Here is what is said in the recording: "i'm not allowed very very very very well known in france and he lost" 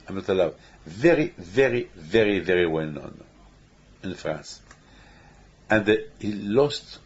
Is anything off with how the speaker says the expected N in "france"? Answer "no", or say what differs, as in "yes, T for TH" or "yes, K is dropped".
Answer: no